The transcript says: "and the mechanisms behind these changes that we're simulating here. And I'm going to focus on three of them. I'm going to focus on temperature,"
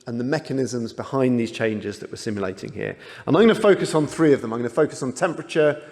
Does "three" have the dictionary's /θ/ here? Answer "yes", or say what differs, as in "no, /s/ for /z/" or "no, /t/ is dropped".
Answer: yes